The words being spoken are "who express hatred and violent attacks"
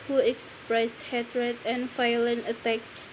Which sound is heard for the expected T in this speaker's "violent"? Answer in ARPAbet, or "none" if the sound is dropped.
none